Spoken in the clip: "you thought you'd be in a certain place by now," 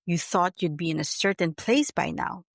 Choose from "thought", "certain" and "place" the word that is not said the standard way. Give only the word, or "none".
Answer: none